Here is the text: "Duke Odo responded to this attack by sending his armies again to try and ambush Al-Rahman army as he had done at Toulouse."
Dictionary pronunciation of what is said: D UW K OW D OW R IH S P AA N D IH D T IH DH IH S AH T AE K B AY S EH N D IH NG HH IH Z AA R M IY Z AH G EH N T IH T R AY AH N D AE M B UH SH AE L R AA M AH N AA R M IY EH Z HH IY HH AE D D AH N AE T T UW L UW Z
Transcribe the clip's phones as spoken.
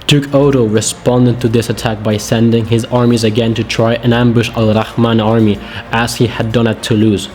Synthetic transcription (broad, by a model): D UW K OW D OW R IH S P AA N D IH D T IH DH IH S AH T AE K B AY S EH N D IH NG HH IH Z AA R M IY Z AH G EH N T IH T R AY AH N AE M B UH SH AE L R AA M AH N AA R M IY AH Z HH IY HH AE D D AH N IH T T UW L UW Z